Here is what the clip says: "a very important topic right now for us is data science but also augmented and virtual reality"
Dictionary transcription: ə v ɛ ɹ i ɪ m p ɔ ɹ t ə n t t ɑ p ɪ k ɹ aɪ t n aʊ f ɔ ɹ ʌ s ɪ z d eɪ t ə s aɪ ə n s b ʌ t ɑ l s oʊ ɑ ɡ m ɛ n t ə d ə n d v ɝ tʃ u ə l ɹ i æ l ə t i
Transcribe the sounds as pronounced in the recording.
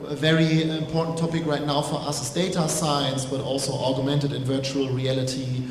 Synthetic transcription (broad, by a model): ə v ɛ ɹ i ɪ m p ɔ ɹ t n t t ɑ p ɪ k ɹ aɪ t n aʊ f ɔ ɹ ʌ s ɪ s d eɪ t ə s aɪ ə n s b ʌ t ɑ l s oʊ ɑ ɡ m ɛ n t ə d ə n v ɝ tʃ u ə l ɹ i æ l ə t i